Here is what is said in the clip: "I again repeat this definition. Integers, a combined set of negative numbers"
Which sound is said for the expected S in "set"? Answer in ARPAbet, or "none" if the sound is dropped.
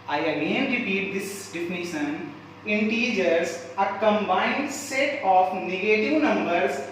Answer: S